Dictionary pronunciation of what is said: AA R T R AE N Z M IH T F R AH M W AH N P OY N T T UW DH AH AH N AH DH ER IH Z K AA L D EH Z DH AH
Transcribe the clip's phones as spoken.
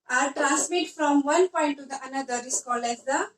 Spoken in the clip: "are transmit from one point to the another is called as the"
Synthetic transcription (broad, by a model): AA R T R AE N S M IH T F R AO M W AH N P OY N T T UW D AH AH N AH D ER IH S K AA L EH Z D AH